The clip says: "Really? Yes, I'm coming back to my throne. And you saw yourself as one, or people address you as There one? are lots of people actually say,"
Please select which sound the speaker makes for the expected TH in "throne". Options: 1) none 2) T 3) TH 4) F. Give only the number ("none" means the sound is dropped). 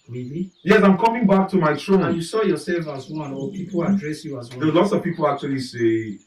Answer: 2